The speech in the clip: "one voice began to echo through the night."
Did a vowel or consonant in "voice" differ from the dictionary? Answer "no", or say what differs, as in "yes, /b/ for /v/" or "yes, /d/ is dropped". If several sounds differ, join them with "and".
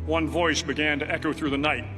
no